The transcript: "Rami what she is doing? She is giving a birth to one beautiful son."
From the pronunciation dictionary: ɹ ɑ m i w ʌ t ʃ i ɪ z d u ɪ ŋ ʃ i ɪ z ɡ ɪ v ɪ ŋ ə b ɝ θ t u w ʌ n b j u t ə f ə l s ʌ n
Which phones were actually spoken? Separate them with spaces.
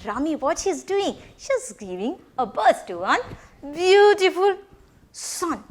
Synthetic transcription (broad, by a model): ɹ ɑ m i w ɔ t ʃ i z d u ɪ ŋ ʃ i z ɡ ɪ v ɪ ŋ ə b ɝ s t u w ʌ n b j u t ə f ə l s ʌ n